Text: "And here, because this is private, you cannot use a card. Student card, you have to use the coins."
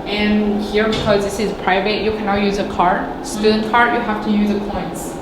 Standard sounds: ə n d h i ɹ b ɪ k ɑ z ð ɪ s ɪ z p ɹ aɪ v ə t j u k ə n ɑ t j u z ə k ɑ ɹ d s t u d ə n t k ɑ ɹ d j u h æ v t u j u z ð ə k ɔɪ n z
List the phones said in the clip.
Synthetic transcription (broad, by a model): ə n h i ɹ b ɪ k ɑ z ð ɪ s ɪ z p ɹ aɪ v ə t j u k ə n ɑ t j u z ə k ɑ ɹ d s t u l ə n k ɑ ɹ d j u h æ f t u j u z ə k ɔɪ n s